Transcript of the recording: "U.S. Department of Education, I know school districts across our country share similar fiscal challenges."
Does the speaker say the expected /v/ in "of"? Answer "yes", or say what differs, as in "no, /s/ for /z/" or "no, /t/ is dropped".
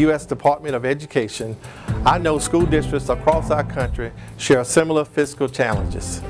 yes